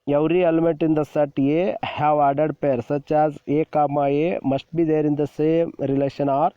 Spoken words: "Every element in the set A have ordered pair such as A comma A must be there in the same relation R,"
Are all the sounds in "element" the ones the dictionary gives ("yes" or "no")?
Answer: no